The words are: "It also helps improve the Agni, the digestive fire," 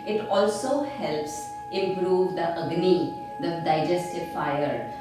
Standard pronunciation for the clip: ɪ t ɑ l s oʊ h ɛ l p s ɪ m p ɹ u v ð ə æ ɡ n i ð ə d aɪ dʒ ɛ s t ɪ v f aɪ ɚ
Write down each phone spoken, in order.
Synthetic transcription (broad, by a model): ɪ t ɑ l s oʊ h ɛ l p s ɪ m p ɹ u v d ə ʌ ɡ n i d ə d aɪ dʒ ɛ s t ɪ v f aɪ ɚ